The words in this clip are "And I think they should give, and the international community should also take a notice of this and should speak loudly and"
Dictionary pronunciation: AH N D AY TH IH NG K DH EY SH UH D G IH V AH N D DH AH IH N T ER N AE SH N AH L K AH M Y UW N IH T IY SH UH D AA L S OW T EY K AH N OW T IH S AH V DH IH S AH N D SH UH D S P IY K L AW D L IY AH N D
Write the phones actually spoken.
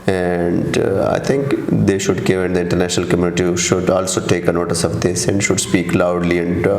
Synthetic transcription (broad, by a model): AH N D AY T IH NG K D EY SH UH D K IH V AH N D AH IH N T ER N AE SH N AH L K AH M Y UW N IH T IY SH UH D AA L S OW T EY K AH N OW T IH S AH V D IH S AH N D SH UH D S P IY K L AW D L IY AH N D